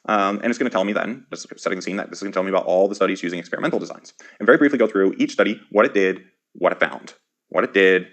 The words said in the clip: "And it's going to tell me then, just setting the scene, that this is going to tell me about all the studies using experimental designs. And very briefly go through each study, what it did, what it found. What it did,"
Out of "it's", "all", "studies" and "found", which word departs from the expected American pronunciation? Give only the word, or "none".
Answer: none